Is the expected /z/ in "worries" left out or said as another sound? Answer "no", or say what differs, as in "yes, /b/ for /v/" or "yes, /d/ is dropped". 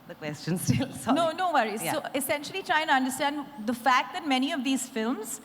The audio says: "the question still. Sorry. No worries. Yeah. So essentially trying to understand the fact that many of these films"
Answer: yes, /z/ is dropped